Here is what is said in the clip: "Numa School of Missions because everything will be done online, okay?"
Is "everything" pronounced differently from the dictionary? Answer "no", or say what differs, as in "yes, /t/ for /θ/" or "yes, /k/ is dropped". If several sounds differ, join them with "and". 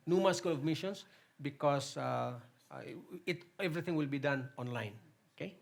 yes, /t/ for /θ/